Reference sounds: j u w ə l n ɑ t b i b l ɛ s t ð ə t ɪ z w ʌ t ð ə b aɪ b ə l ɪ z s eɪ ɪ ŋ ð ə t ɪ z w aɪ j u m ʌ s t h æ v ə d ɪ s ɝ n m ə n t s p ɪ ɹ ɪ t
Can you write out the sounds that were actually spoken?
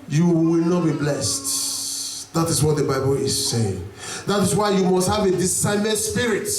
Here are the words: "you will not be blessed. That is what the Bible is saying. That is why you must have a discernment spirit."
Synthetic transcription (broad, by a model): j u w ə l n ɑ t b i b l ɛ s t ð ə t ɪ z w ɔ t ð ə b aɪ b ə l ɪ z s eɪ ɪ ŋ ð ə t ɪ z w aɪ j u m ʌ s t h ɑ v ə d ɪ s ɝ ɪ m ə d s p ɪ ɹ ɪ t